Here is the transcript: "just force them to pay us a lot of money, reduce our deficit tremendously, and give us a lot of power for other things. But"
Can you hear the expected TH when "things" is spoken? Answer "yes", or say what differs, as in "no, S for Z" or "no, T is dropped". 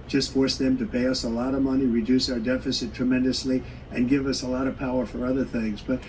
yes